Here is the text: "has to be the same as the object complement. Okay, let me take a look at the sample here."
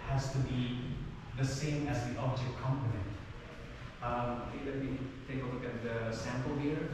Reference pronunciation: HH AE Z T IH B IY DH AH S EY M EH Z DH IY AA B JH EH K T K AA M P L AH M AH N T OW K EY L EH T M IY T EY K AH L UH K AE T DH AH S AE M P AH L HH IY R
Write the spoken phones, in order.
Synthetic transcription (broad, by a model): HH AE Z T IH B IY DH AH S EY M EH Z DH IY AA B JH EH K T K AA M P AH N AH N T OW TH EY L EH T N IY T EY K AH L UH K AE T DH AH S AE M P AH L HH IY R